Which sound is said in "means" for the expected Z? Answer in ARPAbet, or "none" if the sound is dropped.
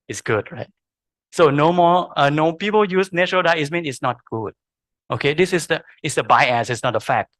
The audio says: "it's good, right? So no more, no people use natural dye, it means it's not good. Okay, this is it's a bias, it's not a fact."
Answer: none